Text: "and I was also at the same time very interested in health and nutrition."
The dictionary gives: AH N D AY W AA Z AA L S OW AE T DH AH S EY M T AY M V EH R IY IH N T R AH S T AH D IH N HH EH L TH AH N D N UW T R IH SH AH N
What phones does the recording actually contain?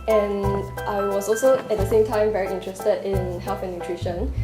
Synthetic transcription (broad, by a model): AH N AY W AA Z AA L S OW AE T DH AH S EY M T AY M V EH R IY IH N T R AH S T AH D IH N HH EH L F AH N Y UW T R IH SH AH N